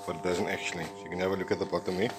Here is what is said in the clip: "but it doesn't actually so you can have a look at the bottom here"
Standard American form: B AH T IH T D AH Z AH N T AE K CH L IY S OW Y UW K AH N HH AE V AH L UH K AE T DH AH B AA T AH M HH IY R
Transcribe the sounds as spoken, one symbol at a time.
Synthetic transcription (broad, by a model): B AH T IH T D AH Z AH N T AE K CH IY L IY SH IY K AH N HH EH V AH L UH K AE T DH AH B AA T AH M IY